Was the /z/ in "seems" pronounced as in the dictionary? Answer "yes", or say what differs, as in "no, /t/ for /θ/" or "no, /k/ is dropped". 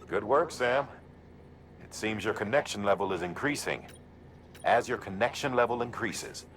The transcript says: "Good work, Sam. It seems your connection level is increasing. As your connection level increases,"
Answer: yes